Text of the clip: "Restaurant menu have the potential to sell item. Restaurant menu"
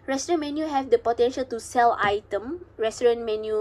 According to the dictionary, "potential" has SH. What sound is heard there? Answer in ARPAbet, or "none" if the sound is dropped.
SH